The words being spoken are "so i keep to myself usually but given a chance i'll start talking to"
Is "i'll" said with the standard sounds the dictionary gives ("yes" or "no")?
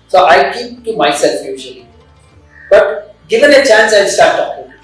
no